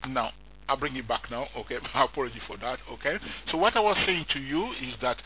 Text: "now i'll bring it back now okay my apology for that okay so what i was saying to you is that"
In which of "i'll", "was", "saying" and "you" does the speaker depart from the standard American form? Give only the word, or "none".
none